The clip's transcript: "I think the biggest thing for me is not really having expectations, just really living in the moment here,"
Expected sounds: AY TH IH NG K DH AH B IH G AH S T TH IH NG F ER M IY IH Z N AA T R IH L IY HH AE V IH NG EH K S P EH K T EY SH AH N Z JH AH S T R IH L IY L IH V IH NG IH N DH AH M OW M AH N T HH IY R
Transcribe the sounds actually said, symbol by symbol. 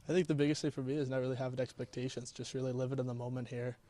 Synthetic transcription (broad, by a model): AY TH IH NG K DH AH B IH G AH S T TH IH F ER M IY IH Z N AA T R IH L IY HH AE V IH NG EH K S P EH K T EY SH AH N Z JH AH S T R IH L IY L IH V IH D IH N DH AH M OW M AH N T HH IY R